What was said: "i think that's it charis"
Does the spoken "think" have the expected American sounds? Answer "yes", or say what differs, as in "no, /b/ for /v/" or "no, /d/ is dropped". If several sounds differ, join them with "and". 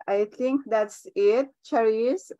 no, /t/ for /θ/